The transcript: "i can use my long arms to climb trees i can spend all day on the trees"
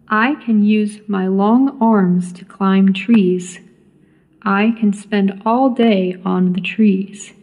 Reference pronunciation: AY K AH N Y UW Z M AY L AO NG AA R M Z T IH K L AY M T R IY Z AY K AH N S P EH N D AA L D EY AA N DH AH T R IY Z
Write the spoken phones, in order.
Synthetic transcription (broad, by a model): AY K AH N Y UW Z M AY L AO NG AA R M Z T IH K L AY M T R IY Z AY K AH N S P EH N D AA L D EY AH N DH AH T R IY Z